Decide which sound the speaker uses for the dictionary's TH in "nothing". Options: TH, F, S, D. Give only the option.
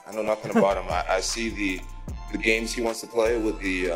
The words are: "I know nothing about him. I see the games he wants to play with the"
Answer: TH